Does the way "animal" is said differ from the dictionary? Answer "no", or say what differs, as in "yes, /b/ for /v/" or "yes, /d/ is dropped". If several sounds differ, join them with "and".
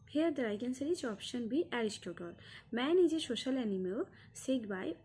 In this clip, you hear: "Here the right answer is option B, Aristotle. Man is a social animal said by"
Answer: yes, /w/ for /l/